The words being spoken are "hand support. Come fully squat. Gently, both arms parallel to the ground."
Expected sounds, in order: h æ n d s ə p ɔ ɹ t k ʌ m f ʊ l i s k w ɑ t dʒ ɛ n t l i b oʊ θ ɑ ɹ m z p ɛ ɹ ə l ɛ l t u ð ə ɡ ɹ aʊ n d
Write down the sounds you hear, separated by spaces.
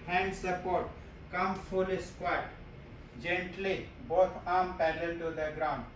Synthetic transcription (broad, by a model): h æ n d s ə p ɔ ɹ t k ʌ m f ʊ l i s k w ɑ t dʒ ɛ n t l i b oʊ t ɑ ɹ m p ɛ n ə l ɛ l t u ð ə ɡ ɹ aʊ n d